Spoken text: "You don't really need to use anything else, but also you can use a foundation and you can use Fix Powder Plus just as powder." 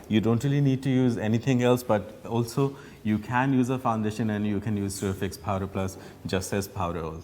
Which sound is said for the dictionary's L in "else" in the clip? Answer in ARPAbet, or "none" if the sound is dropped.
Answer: L